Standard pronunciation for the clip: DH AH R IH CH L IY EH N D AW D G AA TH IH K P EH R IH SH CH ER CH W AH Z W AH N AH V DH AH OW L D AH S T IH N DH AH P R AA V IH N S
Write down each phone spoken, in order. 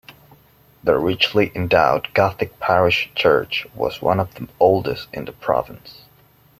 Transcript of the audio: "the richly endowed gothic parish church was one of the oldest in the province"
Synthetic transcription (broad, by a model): DH AH R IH CH L IY EH N D AW D G AA TH IH K P EH R IH SH CH ER CH W AH Z W AH N AH V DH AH OW L D AH S T IH N DH AH P R AA V IH N S